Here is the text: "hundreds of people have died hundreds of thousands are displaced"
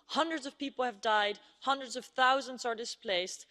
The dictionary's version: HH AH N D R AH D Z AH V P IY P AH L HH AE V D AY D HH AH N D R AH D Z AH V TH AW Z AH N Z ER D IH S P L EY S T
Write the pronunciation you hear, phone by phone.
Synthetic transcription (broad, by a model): HH AH N D R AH D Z AH V P IY P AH L HH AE V D AY D HH AH N D R AH D Z AH V TH AW Z AH N Z ER D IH S P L EY S T